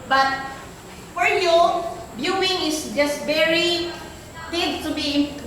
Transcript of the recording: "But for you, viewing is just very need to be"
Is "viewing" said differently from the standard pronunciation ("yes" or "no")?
yes